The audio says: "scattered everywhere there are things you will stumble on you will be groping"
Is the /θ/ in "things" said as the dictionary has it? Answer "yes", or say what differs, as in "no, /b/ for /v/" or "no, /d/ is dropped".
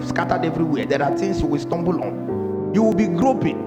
no, /t/ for /θ/